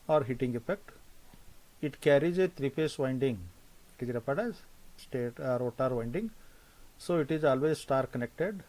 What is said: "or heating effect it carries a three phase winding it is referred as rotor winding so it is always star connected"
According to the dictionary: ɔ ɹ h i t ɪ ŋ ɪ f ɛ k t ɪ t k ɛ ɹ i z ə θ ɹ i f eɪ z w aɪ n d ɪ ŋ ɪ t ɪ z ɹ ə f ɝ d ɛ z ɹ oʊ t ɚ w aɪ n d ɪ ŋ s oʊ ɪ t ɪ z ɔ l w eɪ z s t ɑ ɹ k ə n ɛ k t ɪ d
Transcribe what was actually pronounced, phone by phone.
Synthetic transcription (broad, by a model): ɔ ɹ h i t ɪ ŋ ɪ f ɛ k t ɪ t k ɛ ɹ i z ə t ɹ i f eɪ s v aɪ n d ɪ ŋ ɪ t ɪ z ɹ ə p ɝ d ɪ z ɹ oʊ t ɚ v aɪ n d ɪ ŋ s oʊ ɪ t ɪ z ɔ l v eɪ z s t ɑ ɹ k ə n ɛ k t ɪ d